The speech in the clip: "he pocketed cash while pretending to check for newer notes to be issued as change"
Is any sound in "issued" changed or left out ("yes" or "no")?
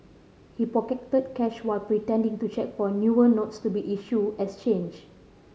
yes